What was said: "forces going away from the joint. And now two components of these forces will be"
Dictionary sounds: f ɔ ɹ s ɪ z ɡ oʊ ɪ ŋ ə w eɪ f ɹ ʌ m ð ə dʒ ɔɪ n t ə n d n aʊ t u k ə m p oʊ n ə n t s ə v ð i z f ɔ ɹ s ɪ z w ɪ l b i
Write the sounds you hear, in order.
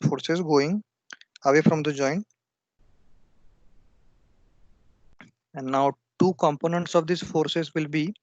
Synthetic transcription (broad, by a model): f ɔ ɹ s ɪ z ɡ oʊ ɪ ŋ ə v eɪ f ɹ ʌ m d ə dʒ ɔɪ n ə n d n aʊ t u k ə m p oʊ n ə n t s ə v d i s f ɔ ɹ s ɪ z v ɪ l b i